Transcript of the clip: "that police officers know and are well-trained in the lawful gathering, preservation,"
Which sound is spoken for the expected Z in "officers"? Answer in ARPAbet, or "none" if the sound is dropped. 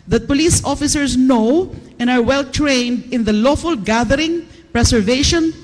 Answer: S